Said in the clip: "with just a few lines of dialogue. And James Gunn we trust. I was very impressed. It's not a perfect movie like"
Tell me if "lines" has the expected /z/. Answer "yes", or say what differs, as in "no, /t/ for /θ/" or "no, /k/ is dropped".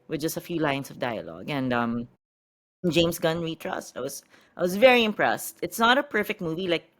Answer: no, /s/ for /z/